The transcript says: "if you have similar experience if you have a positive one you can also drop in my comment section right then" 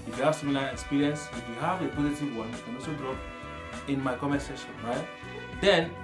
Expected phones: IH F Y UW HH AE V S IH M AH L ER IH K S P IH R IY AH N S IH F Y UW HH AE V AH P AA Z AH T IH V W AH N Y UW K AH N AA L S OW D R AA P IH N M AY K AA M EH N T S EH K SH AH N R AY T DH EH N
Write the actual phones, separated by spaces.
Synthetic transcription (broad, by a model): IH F Y UW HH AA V S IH M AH L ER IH K S P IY R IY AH N S IH F Y UW HH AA V AH P AA Z AH T IH V W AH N K AH N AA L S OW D R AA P IH N M AY K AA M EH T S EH SH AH N R AY T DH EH N